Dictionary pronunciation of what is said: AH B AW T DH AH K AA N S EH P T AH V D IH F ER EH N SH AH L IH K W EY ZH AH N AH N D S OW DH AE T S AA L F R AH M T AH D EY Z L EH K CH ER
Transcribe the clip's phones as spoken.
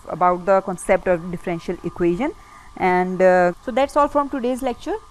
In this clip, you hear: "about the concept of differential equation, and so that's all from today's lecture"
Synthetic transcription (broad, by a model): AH B AW T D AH K AA N S EH P T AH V D IH F ER EH N SH AH L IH K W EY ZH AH N AH N D S OW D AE T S AA L F R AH M T AH D EY Z L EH K CH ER